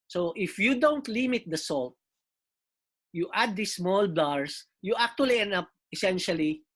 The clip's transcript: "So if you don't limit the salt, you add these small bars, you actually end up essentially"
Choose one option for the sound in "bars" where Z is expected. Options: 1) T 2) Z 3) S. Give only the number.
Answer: 3